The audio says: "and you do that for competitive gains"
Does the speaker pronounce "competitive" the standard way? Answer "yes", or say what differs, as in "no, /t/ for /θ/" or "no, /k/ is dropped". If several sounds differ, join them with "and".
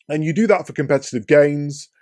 yes